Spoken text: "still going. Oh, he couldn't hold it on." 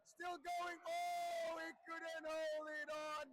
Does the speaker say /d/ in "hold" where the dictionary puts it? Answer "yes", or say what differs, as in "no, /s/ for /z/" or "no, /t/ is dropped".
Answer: no, /d/ is dropped